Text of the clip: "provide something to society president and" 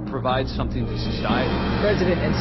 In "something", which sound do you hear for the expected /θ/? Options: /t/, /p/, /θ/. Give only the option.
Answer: /θ/